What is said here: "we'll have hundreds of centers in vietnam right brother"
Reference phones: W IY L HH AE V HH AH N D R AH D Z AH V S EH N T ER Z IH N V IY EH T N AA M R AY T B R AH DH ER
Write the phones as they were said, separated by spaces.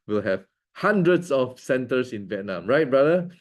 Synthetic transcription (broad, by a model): W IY L HH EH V HH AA N D R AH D S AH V S EH N T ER S IH N V IY EH T N AA M R AY T B R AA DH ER